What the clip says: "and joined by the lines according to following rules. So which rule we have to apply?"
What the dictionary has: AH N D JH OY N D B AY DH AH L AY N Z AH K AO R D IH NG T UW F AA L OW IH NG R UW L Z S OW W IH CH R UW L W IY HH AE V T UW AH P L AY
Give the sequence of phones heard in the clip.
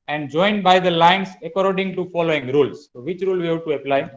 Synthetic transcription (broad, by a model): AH N D JH OY N D B AY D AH L AY N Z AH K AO R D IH NG T UW F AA L OW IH NG R UW L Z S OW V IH CH R UW L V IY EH B T UW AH P L AY